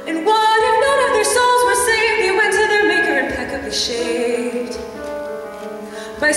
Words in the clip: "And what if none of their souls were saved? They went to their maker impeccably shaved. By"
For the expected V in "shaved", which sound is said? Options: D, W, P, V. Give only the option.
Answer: P